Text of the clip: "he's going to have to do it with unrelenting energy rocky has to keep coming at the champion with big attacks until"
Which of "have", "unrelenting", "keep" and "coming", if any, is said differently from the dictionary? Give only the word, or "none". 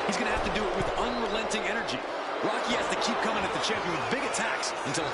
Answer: have